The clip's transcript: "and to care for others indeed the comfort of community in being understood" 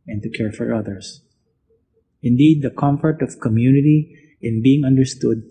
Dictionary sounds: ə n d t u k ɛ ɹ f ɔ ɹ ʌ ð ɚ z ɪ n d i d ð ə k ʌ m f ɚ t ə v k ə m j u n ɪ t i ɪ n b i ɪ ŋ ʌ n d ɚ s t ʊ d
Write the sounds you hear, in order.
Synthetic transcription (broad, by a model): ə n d t u k ɛ ɹ f ɔ ɹ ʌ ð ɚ s ɪ n d i d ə k ʌ m f ɚ t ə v k ə m j u n ɪ t i ɪ n b i ɪ ŋ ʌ n d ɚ s t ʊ d